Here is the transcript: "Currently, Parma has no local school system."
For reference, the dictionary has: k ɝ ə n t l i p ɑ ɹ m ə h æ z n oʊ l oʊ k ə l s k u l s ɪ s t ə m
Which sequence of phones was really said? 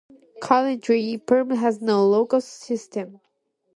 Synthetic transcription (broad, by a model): k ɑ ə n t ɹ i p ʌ ɹ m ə h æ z n oʊ l oʊ ə k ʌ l s ɪ s t ə m